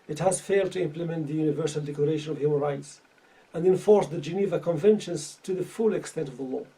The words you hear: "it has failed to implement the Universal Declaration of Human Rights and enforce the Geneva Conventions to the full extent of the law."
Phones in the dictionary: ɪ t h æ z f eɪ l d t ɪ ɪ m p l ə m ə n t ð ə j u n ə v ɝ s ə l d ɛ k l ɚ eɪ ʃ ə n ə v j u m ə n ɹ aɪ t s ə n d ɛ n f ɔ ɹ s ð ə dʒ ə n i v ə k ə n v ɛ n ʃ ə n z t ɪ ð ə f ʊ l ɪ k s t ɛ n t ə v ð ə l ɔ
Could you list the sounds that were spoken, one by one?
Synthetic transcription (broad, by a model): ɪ t h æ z f eɪ l d t ɪ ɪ m p l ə m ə n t ð ə j u n ə v ɝ s ə l d ɛ k l ɚ eɪ ʃ ə n ə v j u m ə n ɹ aɪ t s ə n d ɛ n f ɔ ɹ s ð ə dʒ ə n i v ə k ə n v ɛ n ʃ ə n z t ɪ ð ə f ʊ l ɪ k s t ɛ n t ə v ð ə l ɔ